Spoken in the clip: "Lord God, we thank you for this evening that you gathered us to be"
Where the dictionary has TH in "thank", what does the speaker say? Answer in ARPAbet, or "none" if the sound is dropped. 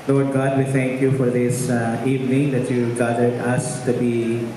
T